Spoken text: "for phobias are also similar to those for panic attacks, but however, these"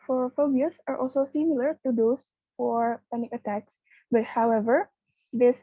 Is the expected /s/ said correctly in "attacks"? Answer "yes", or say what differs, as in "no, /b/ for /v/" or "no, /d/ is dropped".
yes